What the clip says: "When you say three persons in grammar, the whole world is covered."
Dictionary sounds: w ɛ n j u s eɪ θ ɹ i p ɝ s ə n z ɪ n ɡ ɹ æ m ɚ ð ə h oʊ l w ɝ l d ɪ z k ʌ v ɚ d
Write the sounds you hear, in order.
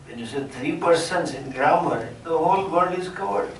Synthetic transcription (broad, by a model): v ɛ n j u s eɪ t ɹ i p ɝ s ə n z ɪ n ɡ ɹ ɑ m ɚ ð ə h oʊ l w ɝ d ɪ z k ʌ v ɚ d